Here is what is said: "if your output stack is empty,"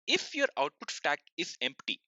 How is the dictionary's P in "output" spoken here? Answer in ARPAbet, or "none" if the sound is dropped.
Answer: P